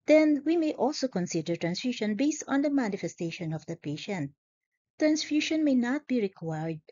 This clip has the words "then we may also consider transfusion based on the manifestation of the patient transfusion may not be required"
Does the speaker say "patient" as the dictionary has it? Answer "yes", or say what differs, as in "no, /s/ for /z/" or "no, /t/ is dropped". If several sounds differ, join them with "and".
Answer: yes